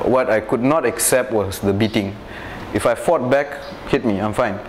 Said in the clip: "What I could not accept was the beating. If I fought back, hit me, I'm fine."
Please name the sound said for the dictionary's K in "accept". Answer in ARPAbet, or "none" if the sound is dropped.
K